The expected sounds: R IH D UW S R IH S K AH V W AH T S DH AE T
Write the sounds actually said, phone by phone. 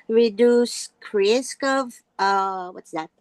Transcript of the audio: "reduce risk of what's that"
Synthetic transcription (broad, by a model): R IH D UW S R IH S K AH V W AH T S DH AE T